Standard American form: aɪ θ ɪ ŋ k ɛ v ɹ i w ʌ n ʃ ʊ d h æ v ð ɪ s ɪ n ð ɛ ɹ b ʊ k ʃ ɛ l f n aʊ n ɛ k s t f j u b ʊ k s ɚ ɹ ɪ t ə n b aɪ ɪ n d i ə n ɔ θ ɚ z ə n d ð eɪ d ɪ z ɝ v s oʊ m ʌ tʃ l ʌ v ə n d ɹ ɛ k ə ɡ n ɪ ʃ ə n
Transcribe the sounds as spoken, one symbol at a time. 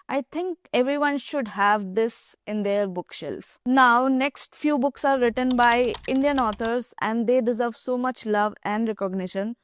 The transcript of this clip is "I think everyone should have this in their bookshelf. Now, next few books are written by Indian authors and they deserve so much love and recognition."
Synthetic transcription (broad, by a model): aɪ t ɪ ŋ k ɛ v ɹ i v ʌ n ʃ ʊ d h æ v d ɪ s ɪ n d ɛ ɹ b ʊ k ʃ ɛ l f n aʊ n ɛ k s t f j u b ʊ k s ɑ ɹ ɪ t ə n b aɪ ɪ n d i ə n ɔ t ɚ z ə n d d eɪ d ɪ z ɝ v s oʊ m ʌ tʃ l ʌ v ə n d ɹ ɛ k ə ɡ n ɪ ʃ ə n